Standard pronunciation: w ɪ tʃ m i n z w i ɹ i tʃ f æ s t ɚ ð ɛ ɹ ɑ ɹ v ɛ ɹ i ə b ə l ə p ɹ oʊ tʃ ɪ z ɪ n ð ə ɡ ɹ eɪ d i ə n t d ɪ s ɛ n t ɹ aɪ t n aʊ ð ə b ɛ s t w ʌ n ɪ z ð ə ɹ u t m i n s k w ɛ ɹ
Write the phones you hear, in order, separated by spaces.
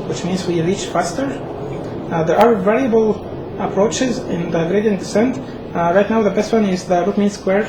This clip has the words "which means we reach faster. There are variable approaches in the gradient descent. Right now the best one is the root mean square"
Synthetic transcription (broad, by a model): w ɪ tʃ m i n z w i ɹ i tʃ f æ s t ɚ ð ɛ ɹ ɑ ɹ v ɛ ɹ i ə b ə l ə p ɹ oʊ tʃ ɪ z ɪ n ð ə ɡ ɹ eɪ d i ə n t d ɪ s ɛ n t ɹ aɪ t n aʊ ð ə b ɛ s t w ʌ n ɪ z ð ə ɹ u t m i n s k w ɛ ɹ